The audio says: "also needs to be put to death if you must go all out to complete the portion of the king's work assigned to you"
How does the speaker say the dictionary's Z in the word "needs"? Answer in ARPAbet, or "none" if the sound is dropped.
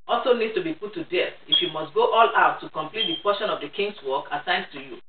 none